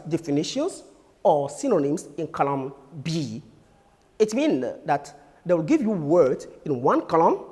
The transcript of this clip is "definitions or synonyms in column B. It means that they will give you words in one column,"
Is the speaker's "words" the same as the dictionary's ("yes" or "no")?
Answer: no